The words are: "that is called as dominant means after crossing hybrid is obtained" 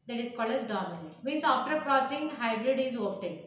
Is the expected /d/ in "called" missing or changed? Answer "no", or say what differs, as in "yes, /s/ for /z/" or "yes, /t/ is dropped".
yes, /d/ is dropped